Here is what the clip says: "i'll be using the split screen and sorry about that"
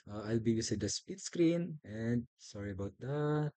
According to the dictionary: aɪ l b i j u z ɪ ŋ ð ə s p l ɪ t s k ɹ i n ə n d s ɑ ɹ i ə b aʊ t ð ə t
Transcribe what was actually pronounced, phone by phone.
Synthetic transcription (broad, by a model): aɪ l b i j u s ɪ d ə s p ɪ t s k ɹ i n ə n d s ɑ ɹ i ə b aʊ t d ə t